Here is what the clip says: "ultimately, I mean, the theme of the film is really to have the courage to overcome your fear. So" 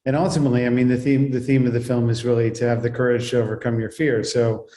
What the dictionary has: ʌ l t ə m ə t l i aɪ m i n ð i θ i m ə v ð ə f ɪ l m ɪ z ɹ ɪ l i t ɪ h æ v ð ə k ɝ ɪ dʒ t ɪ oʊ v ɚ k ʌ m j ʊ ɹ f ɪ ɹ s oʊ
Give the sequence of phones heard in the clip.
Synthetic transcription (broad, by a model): ʌ l t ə m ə t l i aɪ m i n ð i θ i m ə v ð ə f ɪ l m ɪ z ɹ ɪ l i t ɪ v ð ə k ɝ ɪ dʒ t ɪ oʊ v ɚ k ʌ m j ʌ ɹ f ɪ ɹ s oʊ